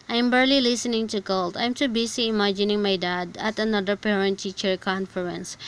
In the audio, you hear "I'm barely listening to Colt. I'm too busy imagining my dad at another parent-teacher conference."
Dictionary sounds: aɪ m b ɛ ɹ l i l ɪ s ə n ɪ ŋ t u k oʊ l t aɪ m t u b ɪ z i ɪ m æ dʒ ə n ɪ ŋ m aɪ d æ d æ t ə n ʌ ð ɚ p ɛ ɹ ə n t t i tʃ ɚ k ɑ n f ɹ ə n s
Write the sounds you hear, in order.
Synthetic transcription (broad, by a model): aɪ m b ɛ ɹ l i l ɪ s ə n ɪ ŋ t u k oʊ l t aɪ m t u b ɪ s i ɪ m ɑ dʒ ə n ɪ ŋ m aɪ d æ d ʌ t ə n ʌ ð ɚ p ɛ ɹ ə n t t i tʃ ɚ k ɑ n f ɹ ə n s